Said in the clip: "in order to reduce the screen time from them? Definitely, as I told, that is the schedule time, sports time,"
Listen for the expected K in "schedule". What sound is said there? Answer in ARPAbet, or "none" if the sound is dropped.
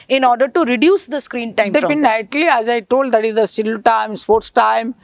none